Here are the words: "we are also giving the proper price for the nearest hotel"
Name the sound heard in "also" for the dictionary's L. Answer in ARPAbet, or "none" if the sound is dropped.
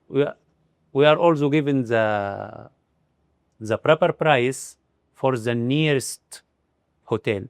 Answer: L